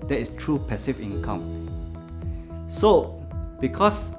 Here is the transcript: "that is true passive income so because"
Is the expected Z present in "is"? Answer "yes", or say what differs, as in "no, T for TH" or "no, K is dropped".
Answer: no, S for Z